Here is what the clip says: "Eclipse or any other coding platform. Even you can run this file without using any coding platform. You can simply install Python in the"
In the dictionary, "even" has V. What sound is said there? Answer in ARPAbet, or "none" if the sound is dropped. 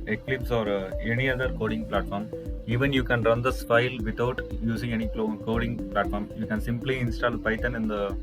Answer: V